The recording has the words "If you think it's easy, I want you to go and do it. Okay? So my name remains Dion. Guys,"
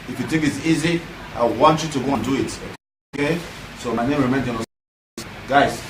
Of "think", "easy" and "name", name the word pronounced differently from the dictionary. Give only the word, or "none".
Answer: think